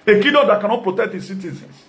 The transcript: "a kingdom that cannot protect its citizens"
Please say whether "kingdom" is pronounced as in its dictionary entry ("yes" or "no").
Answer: no